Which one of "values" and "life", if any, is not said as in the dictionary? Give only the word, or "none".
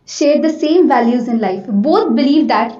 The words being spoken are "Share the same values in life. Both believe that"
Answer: none